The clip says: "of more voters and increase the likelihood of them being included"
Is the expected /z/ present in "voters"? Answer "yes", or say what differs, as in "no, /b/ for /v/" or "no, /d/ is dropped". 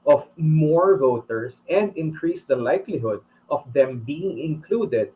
no, /s/ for /z/